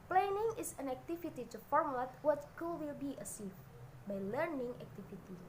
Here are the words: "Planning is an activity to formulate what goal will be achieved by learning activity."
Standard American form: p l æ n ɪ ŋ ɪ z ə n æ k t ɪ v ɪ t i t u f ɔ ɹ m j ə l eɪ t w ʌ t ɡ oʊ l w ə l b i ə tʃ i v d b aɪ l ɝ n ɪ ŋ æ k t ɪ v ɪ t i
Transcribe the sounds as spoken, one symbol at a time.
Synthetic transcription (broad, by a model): p l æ n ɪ ŋ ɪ s ə n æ k t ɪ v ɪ t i t u f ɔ ɹ m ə l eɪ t w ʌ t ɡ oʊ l w ə l b i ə s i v b aɪ l ɝ n ɪ ŋ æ k t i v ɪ t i